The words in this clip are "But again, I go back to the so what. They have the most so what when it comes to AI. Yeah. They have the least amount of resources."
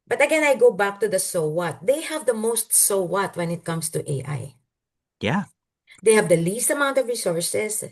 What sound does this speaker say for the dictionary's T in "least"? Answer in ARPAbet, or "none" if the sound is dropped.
T